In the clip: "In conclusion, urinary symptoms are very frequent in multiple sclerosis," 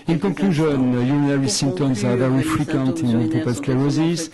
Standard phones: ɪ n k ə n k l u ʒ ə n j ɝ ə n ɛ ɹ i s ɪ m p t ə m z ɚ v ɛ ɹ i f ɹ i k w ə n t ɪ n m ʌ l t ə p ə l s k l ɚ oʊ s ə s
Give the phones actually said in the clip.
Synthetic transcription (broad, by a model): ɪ n k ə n k l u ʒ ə n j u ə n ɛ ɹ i s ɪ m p t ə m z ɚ v ɛ ɹ i f ɹ i k w ə n t ɪ n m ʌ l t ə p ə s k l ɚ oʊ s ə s